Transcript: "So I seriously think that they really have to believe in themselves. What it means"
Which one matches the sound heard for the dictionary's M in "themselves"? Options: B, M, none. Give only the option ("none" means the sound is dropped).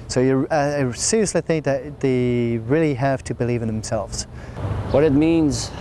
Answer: M